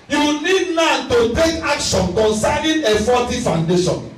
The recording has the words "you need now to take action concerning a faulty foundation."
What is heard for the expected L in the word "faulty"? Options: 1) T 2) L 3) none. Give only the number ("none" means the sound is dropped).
3